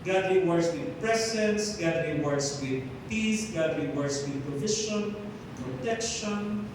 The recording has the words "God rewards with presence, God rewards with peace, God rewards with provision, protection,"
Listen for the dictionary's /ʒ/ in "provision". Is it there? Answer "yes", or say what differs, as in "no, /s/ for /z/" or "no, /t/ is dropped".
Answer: no, /ʃ/ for /ʒ/